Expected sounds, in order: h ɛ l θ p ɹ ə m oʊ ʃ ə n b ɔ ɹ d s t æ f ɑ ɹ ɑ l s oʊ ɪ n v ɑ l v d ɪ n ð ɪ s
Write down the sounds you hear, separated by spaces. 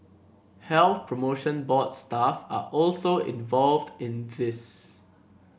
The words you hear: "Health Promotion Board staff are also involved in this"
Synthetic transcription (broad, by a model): h ɛ l θ p ɹ ə m oʊ ʃ ə n b ɔ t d s t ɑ f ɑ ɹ ɑ l s oʊ ɪ n v ɑ l v d ɪ n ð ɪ s